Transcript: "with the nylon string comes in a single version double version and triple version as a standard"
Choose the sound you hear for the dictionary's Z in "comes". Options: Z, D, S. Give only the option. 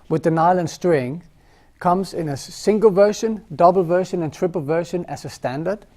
Z